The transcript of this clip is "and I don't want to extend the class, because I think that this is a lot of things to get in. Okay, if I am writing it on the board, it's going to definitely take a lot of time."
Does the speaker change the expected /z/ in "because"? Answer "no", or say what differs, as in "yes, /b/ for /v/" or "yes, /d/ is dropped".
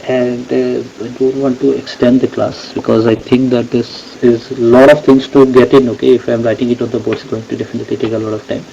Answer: no